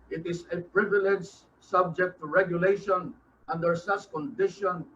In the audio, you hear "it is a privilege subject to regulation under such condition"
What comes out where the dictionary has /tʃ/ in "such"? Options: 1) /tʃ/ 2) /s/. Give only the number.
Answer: 2